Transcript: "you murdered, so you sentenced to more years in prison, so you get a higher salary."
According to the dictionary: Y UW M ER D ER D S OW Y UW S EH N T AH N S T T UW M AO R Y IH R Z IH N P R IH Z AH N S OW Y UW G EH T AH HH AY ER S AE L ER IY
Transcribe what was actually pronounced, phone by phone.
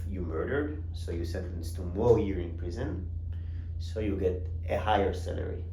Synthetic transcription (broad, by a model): Y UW M ER D ER D S OW Y UW S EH N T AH N S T T UW M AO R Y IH R IH N P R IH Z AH N S OW Y UW G EH T AH HH AY ER S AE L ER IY